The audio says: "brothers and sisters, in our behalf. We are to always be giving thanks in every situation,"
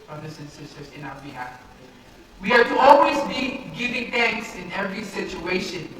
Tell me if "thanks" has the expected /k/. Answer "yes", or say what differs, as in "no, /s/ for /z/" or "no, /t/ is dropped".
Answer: yes